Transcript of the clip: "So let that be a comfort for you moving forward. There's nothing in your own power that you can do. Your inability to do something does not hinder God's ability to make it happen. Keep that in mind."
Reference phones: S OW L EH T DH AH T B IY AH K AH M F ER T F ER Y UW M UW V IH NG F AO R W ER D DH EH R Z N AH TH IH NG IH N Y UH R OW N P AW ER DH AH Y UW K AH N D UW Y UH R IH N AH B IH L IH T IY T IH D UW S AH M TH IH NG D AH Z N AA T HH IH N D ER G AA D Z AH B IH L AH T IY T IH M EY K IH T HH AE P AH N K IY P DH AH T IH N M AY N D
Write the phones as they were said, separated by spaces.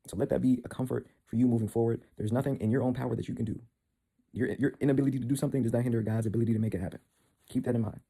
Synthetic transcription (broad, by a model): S OW L EH T DH AH T B IY AH K AH M F ER T F ER Y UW M UW V IH NG F AO R W ER D DH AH R Z N AH TH IH NG IH N Y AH R OW N P AW ER DH AH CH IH K AH N D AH Y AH R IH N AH B IH L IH T IY T IH D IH S AH M TH IH NG D AH Z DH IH T HH IH N D ER G AA D Z AH B IH L AH T IY T IH M EY K IH T HH AE P AH N K IY P DH AH T IH N M AY N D